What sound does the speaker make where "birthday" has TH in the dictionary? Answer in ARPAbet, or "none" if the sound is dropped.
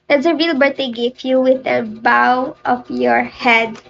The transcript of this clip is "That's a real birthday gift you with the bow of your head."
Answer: T